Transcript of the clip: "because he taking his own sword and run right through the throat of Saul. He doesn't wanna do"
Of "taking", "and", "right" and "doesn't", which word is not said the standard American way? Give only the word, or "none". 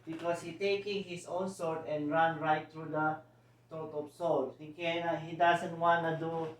doesn't